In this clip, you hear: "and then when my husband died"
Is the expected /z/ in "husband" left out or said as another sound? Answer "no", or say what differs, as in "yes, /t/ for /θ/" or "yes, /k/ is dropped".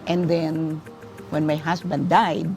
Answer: yes, /s/ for /z/